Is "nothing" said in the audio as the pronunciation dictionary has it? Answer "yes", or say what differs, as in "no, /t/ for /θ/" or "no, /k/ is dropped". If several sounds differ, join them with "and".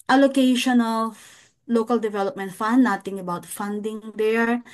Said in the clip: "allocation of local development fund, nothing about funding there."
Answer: no, /t/ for /θ/